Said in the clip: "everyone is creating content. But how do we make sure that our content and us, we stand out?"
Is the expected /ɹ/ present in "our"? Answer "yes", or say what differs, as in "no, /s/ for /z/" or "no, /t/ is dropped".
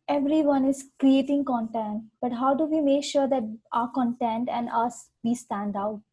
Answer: yes